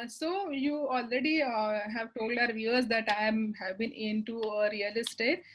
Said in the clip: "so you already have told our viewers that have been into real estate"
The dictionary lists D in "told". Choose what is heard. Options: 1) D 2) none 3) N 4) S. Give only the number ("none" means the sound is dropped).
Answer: 1